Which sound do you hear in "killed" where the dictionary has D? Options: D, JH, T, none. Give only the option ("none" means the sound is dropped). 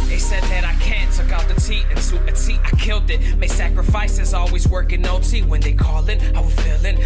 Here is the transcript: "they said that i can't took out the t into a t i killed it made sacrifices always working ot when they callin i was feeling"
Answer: D